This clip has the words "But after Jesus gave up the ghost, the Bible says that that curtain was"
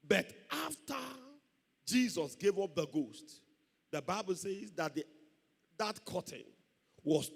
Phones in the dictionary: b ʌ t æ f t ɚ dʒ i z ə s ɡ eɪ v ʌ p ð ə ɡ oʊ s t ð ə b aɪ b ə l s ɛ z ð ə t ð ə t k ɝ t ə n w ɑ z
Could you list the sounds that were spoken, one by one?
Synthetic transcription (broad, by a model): b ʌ t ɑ f t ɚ dʒ i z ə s ɡ eɪ v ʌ p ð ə ɡ oʊ s t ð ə b aɪ b ə l s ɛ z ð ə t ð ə t k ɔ t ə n w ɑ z